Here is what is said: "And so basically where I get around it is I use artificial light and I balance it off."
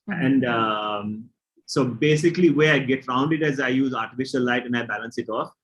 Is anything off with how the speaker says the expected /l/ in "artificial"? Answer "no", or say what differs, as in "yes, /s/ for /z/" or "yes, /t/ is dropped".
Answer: yes, /n/ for /l/